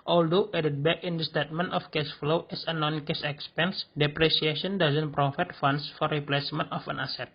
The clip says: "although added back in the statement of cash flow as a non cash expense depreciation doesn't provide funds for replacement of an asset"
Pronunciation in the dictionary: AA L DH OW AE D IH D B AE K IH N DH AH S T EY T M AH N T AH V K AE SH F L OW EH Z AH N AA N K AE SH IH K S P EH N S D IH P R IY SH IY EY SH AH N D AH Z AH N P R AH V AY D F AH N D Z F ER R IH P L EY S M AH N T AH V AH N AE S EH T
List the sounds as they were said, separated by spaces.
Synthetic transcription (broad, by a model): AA L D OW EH D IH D B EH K IH N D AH S T EY T M AH N T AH F K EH S F L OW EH S AH N AA N K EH S IH K S P EH N S D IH P R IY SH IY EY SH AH N D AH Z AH N P R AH F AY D F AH N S F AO R IH P L EY S M AH N T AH F AH N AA S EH T